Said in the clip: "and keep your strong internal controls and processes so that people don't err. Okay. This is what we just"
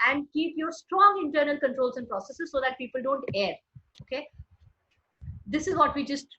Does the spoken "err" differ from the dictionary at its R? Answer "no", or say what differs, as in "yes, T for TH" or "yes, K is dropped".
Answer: no